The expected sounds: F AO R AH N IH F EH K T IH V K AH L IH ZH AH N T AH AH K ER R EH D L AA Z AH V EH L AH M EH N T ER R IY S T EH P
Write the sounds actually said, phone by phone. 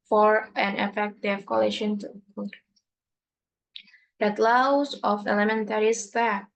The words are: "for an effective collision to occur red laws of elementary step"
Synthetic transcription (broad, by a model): F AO R AH N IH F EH K T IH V K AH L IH SH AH N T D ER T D L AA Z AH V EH L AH M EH N T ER R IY S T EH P